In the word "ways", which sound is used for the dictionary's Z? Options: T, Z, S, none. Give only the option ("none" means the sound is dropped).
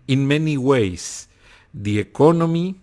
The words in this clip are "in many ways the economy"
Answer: S